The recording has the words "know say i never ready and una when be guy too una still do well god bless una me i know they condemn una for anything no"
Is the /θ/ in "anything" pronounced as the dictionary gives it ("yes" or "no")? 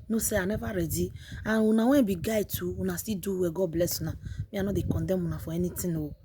no